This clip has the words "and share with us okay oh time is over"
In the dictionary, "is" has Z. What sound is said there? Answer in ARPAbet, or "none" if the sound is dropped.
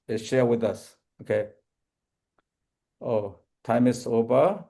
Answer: S